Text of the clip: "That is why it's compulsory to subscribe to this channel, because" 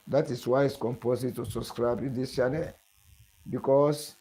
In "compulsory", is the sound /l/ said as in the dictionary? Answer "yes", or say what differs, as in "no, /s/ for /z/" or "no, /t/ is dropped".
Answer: no, /l/ is dropped